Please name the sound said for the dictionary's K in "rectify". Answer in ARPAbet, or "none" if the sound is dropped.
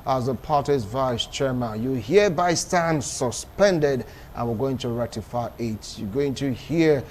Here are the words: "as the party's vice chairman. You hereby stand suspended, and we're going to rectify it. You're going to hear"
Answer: none